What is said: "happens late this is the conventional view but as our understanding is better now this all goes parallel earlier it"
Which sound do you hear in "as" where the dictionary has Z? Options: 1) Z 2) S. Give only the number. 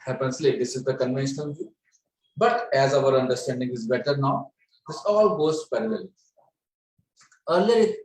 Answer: 1